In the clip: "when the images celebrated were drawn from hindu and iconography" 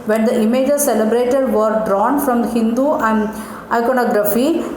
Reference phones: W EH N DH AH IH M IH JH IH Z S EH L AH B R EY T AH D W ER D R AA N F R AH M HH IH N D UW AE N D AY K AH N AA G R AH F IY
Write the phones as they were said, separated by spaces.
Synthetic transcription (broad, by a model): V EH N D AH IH M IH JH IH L S EH L AH B R EY T AH D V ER D R AA N F R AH M HH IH N D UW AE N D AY K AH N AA G R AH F IY